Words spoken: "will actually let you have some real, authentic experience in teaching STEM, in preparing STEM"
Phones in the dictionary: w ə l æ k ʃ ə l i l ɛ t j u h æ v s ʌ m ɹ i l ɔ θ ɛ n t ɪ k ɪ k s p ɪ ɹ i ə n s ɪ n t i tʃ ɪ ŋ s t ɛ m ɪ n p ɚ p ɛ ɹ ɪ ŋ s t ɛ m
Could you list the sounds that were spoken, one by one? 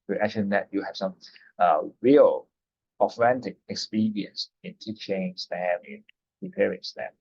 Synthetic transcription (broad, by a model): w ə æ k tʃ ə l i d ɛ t j u h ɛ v s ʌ m ɹ i l ɔ f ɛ n t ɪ k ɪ k s p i ɹ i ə n s ɪ n t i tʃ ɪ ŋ s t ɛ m ɪ n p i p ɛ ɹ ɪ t s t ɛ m